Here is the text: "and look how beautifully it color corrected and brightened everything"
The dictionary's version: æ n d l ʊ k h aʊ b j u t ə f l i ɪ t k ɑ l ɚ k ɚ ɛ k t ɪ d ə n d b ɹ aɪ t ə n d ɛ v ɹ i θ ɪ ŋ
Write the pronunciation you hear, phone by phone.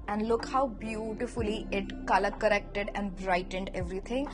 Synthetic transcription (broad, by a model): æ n d l ʊ k h aʊ b j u t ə f l i ɪ t k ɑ l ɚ k ɚ ɛ k t ɪ d ə n d b ɹ aɪ t ə n d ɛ v ɹ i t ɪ ŋ